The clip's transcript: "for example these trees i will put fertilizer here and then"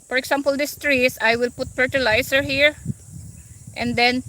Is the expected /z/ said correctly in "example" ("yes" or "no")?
no